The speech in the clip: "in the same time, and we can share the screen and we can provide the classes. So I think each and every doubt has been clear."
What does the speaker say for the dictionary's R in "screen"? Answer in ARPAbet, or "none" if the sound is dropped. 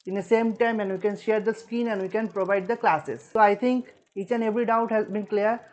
none